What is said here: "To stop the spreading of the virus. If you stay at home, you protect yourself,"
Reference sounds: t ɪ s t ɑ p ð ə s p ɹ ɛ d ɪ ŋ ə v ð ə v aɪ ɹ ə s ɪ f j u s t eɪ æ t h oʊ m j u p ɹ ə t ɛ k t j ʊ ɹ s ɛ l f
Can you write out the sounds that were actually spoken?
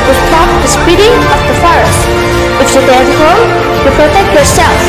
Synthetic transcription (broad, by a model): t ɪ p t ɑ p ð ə s p i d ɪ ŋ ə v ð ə f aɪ ɹ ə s ɪ f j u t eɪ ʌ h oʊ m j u p ɹ ə t ɛ k t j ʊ ɹ s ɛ l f